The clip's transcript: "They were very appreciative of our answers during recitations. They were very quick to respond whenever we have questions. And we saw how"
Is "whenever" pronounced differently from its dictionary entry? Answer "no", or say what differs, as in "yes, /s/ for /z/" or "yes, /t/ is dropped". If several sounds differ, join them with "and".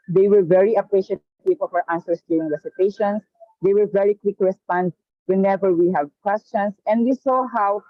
no